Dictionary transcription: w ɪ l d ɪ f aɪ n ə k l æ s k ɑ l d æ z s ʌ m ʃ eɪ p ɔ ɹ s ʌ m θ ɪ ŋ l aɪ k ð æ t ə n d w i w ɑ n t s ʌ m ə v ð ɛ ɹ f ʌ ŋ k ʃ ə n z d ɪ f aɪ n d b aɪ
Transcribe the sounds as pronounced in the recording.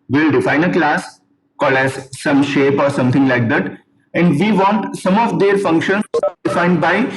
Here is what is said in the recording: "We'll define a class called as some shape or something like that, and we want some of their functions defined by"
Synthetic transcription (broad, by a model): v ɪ l d ɪ f aɪ n ə k l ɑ s k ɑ l æ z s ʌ m ʃ eɪ p ɔ ɹ s ʌ m t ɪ ŋ l aɪ k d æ t ə n d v i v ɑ n t s ʌ m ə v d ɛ ɹ f ʌ ŋ k ʃ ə n d ɪ f aɪ n d b aɪ